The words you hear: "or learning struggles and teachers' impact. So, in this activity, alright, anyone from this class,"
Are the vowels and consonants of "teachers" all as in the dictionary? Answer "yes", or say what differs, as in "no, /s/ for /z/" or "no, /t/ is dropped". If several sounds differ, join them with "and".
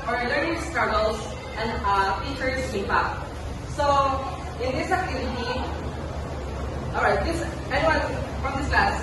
no, /s/ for /z/